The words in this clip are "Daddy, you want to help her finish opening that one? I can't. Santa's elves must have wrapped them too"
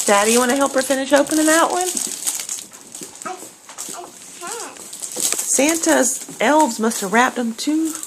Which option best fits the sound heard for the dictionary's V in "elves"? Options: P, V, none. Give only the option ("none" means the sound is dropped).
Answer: V